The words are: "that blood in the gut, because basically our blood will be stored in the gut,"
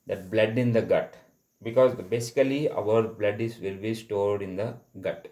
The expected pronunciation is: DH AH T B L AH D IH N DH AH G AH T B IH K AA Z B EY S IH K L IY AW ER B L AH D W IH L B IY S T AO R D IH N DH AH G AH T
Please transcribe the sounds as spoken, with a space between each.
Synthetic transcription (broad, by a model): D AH T B L AH D IH N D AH G AH T B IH K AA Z B EY S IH K L IY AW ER B L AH D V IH L B IY S T AO R D IH N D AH G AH T